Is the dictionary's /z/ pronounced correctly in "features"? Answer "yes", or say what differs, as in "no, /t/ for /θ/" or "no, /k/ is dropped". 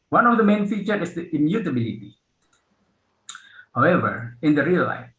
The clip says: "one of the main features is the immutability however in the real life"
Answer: no, /z/ is dropped